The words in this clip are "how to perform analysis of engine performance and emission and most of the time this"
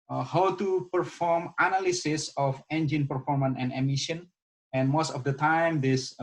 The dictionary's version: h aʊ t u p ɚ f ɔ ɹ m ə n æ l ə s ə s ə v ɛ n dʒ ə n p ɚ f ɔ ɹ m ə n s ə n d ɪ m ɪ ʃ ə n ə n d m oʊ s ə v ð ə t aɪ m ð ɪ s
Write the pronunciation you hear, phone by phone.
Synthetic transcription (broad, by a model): h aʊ t u p ɚ f ɔ ɹ m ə n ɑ l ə s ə s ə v ɛ n dʒ ə n p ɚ f ɔ ɹ m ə n ə n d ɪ m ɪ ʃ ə n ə n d m oʊ s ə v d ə t aɪ m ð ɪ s